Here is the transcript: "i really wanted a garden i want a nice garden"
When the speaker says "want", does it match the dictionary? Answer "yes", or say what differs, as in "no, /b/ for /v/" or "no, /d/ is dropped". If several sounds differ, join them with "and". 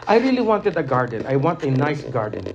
yes